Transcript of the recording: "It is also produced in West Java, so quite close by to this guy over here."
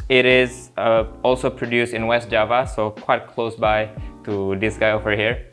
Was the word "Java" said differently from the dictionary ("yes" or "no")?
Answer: no